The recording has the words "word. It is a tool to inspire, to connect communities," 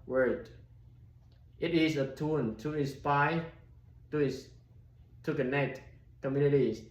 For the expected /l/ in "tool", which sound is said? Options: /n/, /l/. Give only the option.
/n/